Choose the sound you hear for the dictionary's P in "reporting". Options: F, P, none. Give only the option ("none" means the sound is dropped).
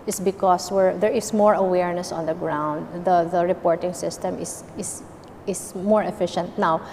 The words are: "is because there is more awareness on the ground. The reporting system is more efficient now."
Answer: P